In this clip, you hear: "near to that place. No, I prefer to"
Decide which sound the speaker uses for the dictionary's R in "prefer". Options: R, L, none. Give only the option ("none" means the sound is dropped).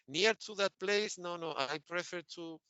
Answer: R